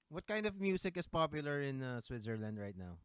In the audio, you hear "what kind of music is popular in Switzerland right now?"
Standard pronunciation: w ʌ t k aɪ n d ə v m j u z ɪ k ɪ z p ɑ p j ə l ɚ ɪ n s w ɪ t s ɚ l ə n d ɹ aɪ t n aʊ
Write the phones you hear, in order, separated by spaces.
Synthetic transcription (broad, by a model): w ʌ t k aɪ n d ə v m j u s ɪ k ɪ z p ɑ p j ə l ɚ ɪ n s w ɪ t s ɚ l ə n d ɹ aɪ t n aʊ